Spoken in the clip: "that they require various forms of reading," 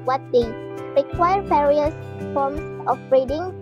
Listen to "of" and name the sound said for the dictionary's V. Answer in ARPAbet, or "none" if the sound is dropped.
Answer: B